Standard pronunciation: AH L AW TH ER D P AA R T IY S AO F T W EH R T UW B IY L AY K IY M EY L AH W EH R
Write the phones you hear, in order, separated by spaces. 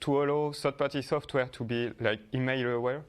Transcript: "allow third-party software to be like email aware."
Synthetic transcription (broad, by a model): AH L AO S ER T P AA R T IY S AO F T W EH R T UW B IY L AY K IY M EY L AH W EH R